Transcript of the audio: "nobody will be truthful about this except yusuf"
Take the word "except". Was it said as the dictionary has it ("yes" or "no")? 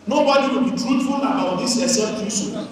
no